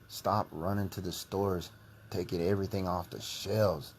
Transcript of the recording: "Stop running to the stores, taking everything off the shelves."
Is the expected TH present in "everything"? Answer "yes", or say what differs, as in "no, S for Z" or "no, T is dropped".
yes